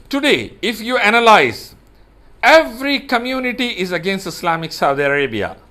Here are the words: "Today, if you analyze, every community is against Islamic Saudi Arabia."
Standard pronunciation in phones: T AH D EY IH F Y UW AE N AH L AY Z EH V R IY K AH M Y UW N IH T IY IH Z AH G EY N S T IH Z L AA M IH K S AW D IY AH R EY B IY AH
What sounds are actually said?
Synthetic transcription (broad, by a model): T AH D EY IH F Y UW AE N AH L AY Z EH V R IY K AH M Y UW N IH T IY IH Z AH G EY N S T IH S L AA M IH K S AW D IY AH R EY B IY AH